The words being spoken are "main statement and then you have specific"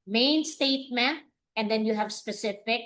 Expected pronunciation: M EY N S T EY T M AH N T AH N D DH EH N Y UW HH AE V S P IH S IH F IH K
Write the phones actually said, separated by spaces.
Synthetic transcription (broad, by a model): M EY N S T EY T M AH T AH N D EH N Y UW HH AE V S P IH S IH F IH K